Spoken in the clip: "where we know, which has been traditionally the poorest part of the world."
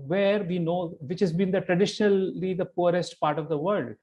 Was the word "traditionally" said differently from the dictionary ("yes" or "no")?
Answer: no